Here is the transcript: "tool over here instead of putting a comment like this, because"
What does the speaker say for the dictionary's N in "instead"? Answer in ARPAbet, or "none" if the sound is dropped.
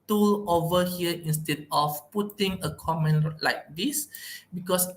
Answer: N